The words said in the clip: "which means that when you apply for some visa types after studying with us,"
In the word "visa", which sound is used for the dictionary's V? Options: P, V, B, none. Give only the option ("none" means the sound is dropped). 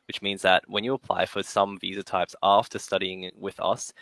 V